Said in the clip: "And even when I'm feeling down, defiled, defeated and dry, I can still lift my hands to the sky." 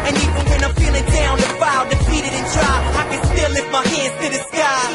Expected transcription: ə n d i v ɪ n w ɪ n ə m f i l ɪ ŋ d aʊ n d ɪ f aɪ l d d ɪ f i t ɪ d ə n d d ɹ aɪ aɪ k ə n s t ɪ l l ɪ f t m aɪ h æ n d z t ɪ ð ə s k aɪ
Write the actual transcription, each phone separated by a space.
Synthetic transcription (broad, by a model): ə n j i ɪ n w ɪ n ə f i l ɪ ŋ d aʊ n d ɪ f aɪ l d d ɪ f i t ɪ d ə n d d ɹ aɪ aɪ k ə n s t ɪ l l ɪ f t m aɪ h æ n d z t ɪ ð ə s k aɪ